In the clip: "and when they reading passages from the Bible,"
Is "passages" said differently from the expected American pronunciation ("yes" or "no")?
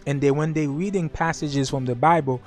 no